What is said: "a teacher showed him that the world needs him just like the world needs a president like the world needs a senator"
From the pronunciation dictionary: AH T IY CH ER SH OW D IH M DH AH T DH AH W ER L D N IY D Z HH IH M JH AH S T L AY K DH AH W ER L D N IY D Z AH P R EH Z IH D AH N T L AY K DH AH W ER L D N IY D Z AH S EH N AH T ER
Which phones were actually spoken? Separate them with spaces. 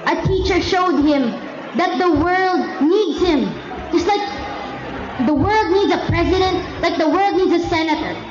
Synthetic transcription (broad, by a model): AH T IY CH ER SH OW D IH M DH AH T DH AH W ER L D N IY D Z HH IH M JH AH S T L AY K DH AH W ER L D N IY D Z AH P R EH Z IH D AH N T L AY K DH AH W ER L D N IY D Z AH S EH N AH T ER